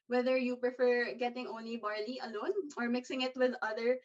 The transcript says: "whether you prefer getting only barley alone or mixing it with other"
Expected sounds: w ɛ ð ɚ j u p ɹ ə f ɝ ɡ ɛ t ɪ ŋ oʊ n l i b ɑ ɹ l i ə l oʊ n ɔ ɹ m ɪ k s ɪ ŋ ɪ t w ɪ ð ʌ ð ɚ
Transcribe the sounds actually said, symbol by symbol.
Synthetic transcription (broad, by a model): w ɛ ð ɚ j u p ɹ ə f ɝ ɡ ɛ t ɪ ŋ oʊ n l i b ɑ ɹ l i ə l oʊ n ɔ ɹ m ɪ k s ɪ ŋ ɪ t w ɪ ð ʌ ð ɚ